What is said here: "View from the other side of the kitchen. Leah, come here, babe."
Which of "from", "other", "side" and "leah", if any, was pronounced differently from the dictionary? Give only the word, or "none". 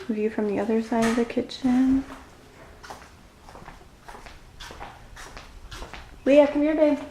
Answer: leah